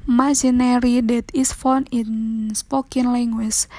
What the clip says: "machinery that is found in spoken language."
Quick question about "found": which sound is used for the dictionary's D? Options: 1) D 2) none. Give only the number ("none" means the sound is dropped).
2